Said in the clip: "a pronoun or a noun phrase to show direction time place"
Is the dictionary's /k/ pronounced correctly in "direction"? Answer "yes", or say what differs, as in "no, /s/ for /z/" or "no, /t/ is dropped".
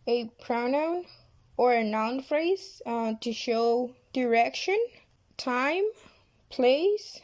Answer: yes